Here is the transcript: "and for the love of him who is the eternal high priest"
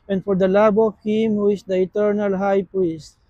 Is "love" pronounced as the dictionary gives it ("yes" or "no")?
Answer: no